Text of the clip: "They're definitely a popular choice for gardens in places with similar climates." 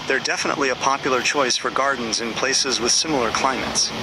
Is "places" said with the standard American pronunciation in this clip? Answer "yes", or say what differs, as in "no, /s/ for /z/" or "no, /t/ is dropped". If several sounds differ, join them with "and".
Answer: yes